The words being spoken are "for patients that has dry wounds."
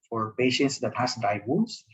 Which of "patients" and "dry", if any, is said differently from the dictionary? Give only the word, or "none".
dry